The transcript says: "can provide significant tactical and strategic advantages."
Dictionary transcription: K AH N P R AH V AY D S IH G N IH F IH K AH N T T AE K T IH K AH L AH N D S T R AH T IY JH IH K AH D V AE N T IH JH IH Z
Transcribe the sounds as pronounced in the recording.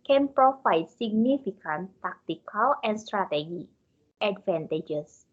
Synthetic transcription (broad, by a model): K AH N P R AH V AY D S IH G N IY F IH K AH N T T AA K T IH K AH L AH N S T R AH T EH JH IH AH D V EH N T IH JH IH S